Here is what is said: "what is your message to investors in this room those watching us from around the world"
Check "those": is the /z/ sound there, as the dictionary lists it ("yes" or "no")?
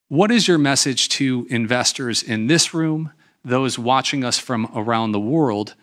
yes